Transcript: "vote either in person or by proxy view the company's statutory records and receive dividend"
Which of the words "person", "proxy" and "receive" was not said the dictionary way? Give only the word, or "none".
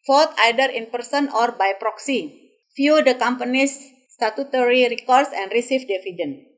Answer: receive